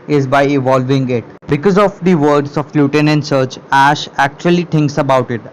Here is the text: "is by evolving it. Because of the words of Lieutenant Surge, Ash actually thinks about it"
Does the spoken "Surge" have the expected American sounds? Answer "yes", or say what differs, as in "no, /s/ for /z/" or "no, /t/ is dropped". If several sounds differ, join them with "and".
no, /tʃ/ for /dʒ/